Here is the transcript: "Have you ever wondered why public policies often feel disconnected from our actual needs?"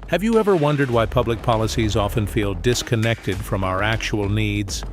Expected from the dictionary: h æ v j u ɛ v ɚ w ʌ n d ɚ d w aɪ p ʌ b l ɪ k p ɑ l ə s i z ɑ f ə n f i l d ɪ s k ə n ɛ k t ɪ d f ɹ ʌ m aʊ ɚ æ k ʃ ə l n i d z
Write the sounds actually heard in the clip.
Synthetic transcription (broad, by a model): h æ v j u ɛ v ɚ w ʌ n d ɚ d w aɪ p ʌ b l ɪ k p ɑ l ə s i z ɑ f ə n f i l d ɪ s k ə n ɛ k t ɪ d f ɹ ʌ m aʊ ɚ æ k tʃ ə l n i d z